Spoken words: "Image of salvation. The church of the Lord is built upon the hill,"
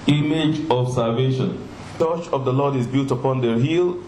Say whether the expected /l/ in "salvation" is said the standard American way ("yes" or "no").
yes